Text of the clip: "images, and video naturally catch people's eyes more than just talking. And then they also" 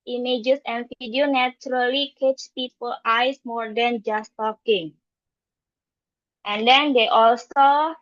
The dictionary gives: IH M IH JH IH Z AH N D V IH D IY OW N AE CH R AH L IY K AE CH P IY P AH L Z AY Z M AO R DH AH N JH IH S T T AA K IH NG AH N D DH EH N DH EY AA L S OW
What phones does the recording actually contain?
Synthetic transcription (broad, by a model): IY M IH JH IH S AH N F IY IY D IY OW N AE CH R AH L IY K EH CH P IY P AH L AY S M AO R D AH N JH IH S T T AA K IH NG AH N D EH N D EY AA L S OW